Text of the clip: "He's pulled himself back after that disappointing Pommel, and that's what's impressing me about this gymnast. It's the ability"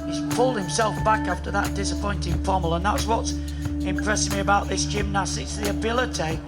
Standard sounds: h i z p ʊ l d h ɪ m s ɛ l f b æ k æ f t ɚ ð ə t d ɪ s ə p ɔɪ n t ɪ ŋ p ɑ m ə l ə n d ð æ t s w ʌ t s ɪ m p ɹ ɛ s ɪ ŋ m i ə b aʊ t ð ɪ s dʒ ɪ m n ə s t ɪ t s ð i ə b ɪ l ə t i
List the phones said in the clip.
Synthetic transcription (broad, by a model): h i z p ʊ l d h ɪ m s ɛ l f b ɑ k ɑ f t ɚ ð ə t d ɪ s ə p ɔɪ n t ɪ ŋ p ɑ m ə l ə n ð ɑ t s w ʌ t s ɪ m p ɹ ɛ s ɪ ŋ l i ə b aʊ t ð ɪ s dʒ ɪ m n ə s ɪ t s ð i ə b ɪ l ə t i